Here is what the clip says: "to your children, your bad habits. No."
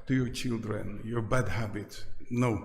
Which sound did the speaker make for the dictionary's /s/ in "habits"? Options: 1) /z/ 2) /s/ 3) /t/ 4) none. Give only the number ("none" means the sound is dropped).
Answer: 4